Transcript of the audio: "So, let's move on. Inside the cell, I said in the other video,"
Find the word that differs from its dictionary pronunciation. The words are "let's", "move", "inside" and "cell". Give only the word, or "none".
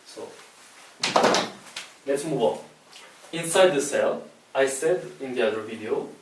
none